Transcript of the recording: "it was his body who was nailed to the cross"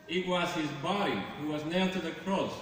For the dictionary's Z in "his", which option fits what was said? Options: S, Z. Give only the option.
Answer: Z